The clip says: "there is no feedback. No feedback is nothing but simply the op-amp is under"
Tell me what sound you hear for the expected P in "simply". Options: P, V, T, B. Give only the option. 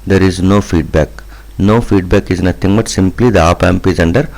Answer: P